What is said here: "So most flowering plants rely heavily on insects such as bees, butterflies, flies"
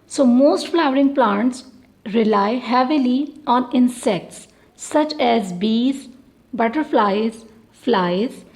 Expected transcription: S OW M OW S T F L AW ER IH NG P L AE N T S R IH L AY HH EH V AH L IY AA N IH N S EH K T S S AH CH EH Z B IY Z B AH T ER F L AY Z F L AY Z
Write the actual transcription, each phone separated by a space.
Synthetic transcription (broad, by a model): S OW M OW S T F L AW ER IH NG P L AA N T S R IH L AY HH EH V AH L IY AA N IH N S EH K T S S AH CH EH Z B IY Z B AH T ER F L AY Z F L AY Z